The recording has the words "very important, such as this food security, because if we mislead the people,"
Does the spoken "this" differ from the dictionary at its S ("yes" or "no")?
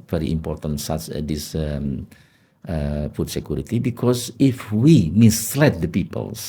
yes